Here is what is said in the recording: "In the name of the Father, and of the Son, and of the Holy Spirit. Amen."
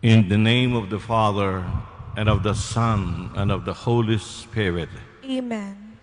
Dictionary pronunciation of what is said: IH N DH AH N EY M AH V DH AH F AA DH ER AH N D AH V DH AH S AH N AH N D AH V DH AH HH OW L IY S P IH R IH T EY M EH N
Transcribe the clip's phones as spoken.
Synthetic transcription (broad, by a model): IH N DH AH N EY M AH V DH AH F AA DH ER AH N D AH V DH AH S AH N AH N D AH V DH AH HH OW L IY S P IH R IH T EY M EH N